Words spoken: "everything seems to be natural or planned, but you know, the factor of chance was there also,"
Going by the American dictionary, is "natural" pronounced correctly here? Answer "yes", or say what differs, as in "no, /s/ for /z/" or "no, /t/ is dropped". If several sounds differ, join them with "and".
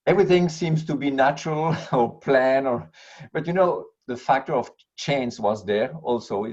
yes